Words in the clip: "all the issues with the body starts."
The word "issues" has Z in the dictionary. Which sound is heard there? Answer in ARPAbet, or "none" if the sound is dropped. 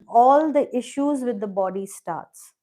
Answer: Z